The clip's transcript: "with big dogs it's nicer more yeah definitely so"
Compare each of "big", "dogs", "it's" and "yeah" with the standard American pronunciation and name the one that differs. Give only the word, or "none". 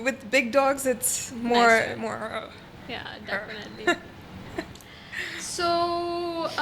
none